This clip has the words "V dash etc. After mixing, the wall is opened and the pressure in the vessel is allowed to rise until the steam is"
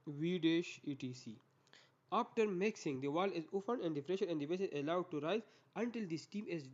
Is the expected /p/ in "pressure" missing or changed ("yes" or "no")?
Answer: yes